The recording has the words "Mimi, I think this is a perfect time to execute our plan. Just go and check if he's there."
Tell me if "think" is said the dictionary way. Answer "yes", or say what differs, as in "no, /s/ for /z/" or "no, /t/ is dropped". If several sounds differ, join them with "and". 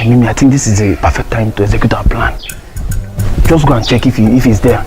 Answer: no, /t/ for /θ/